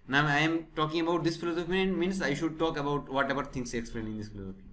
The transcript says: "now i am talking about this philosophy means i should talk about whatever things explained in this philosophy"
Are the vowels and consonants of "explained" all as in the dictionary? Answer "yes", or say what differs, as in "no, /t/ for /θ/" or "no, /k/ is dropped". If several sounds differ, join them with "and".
no, /d/ is dropped